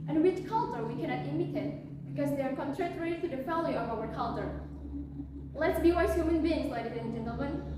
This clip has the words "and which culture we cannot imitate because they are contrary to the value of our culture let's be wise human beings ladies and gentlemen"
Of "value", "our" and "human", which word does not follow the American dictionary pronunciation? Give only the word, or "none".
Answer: value